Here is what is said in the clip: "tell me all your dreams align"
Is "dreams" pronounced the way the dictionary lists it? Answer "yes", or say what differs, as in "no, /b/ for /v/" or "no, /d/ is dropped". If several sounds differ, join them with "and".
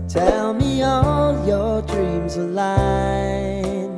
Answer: yes